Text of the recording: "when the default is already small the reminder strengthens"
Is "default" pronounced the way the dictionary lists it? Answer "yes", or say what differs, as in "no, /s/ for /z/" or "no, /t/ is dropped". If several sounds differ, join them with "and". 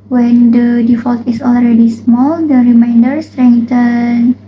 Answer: yes